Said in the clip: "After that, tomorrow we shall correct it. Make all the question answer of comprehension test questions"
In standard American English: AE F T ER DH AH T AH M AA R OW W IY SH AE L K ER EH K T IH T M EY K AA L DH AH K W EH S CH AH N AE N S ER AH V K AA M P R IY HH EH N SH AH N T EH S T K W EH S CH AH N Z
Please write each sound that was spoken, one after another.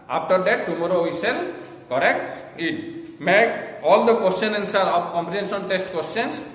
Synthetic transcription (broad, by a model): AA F T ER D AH T AH M AA R OW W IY S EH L K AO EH K T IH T M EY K AA L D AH K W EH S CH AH N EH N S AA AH P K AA M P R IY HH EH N S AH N T EH S T K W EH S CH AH N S